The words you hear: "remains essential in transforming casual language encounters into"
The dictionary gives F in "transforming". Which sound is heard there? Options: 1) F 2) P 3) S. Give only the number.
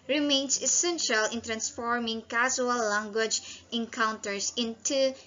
1